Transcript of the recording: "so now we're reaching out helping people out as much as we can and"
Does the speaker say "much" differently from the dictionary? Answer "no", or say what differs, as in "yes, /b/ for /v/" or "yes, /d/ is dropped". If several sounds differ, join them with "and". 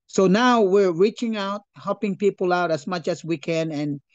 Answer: no